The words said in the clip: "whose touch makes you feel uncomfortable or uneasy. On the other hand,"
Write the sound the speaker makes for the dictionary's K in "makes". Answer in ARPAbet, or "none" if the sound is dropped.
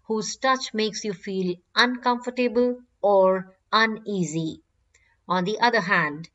K